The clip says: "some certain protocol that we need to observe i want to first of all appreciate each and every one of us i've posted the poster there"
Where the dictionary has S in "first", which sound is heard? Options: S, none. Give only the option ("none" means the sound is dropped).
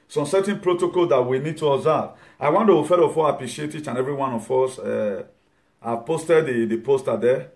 none